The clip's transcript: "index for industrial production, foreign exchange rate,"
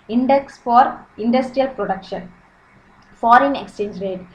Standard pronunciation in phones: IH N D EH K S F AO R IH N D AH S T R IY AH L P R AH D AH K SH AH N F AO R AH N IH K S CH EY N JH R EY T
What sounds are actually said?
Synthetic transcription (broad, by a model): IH N D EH K S F AO R IH N D AH S T R IY AH L P R AH D AH K SH AH N F AO R AH N IH K S CH EY N JH R EY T